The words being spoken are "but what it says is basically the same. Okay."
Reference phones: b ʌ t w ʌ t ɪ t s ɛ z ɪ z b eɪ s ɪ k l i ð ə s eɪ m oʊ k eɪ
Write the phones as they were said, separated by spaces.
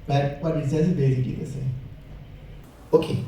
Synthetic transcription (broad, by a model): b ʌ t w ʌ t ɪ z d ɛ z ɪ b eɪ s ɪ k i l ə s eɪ oʊ k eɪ